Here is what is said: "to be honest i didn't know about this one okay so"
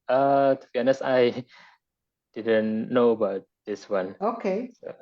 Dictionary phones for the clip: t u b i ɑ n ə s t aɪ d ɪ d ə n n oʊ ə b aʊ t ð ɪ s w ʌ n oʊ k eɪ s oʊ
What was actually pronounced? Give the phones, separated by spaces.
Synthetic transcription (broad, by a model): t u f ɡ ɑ n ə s aɪ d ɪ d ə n n oʊ ə b aʊ t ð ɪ s w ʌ n oʊ k eɪ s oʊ